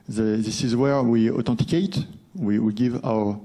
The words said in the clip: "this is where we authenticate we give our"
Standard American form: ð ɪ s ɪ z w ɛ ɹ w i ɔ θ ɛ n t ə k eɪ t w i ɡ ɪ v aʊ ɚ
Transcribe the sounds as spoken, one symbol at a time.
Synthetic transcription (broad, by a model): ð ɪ s ɪ z w ɛ ɹ w i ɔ t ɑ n t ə k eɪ t w i ɡ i v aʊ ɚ